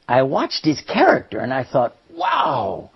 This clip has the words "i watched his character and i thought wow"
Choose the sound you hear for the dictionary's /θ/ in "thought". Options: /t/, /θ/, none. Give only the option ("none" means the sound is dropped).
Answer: /θ/